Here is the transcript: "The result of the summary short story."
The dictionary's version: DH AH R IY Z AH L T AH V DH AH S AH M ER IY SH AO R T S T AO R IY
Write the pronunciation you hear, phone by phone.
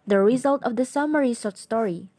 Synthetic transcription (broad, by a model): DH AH R IY Z AH L T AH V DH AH S AH M ER IY S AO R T S T AO R IY